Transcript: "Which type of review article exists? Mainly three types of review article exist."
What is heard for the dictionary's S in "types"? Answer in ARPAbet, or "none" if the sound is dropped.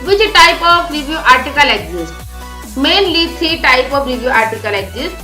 none